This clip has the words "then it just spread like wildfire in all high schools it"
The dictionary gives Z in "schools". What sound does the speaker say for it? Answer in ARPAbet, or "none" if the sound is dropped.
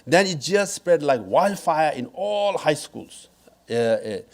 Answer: S